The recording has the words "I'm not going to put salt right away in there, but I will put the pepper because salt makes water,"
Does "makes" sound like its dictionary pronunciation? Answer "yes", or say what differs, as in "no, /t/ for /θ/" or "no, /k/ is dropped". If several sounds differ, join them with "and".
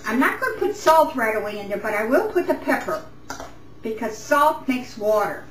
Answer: yes